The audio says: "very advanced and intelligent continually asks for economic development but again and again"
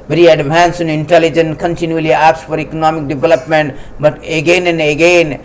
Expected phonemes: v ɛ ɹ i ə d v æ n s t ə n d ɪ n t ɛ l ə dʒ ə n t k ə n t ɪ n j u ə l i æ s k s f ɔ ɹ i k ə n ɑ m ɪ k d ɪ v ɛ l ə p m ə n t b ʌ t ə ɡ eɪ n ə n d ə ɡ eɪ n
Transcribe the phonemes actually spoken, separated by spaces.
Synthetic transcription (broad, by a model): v ɹ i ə d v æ n s ə n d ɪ n t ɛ l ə dʒ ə n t k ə n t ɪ n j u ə l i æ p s f ɔ ɹ i k ə n ɑ m ɪ k d ɪ v ɛ l ə p m ə n t b ʌ t ə ɡ eɪ n ə n d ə ɡ eɪ n